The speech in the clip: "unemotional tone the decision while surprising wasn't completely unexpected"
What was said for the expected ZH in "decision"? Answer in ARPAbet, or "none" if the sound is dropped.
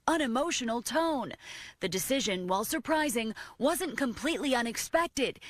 ZH